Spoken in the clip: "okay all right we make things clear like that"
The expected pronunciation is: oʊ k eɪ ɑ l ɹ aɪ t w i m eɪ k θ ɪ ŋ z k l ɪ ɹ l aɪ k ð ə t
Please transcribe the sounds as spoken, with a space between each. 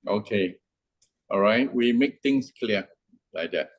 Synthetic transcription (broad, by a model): oʊ k eɪ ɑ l ɹ aɪ t w i m eɪ k t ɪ ŋ s k l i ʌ l aɪ k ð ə t